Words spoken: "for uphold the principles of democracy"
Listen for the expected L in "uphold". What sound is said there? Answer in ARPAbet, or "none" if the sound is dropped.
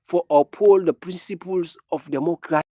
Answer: L